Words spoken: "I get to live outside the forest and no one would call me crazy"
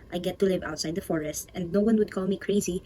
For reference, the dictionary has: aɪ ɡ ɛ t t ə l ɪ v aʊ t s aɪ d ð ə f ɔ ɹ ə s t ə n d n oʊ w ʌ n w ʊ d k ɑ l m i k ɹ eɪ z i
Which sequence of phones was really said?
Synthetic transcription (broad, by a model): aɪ ɡ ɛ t t ə l ɪ v aʊ t s aɪ d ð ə f ɔ ɹ ə s t ə n d n oʊ w ʌ n w ʊ d k ɑ l m i k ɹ eɪ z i